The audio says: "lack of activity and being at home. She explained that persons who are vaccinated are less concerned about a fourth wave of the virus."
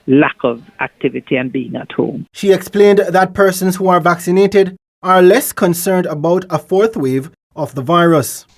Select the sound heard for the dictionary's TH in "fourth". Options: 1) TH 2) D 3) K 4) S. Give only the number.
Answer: 1